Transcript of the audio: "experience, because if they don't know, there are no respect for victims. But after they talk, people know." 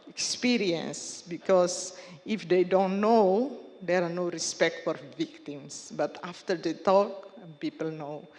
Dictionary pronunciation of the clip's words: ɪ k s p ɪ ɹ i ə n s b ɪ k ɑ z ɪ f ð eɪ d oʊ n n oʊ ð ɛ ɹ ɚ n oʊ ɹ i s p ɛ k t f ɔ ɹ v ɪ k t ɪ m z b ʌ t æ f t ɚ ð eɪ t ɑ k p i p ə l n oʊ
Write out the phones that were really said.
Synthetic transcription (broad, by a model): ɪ k s p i ɹ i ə n s b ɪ k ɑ s ɪ f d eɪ d oʊ n n oʊ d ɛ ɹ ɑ n oʊ ɹ i s p ɛ k t f ɔ ɹ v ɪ k t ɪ m s b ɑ t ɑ f t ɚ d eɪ t ɑ k p i p ə l n oʊ